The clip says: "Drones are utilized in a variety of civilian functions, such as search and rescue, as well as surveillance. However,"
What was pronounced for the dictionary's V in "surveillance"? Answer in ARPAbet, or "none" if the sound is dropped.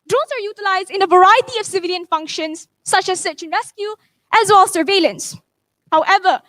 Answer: V